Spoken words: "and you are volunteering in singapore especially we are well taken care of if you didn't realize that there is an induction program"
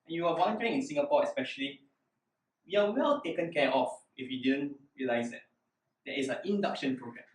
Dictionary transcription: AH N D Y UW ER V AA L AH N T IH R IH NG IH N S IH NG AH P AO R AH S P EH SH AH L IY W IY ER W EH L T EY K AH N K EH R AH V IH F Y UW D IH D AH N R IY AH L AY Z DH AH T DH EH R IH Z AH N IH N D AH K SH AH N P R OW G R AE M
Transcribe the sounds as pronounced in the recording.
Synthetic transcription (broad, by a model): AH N Y UW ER W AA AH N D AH R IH NG IH N S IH NG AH P AO AH S P EH SH AH L IY W IY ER W EH L T EY K AH N K EH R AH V IH F Y UW D IH D AH N R IY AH L AY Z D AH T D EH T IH S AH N IH N D AH K SH AH N P R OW G R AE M